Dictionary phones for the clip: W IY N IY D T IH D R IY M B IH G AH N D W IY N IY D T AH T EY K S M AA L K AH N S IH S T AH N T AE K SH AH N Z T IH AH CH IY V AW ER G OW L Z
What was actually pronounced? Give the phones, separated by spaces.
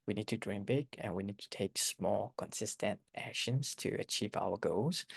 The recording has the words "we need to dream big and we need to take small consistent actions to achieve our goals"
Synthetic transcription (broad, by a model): W IY N IY D T IH D R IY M B IH G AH N W IY N IY D T AH T EY K S M AA L K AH N S IH S T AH N T AE K SH AH N Z T IH AH CH IY V AW ER G OW L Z